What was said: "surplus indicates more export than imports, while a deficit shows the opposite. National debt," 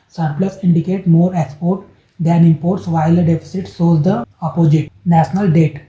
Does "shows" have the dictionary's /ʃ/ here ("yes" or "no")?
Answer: no